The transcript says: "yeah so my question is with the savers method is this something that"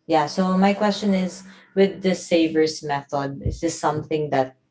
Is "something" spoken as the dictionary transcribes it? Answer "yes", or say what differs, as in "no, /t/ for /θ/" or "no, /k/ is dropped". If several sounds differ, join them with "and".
yes